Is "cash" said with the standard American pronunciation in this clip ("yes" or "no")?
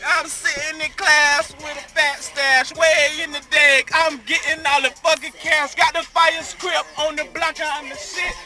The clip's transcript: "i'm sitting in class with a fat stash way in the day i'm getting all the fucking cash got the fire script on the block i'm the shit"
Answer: no